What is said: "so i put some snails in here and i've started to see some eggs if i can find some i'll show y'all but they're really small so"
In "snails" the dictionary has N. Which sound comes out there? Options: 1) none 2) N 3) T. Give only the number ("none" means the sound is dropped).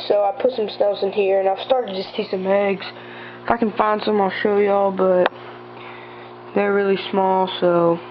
1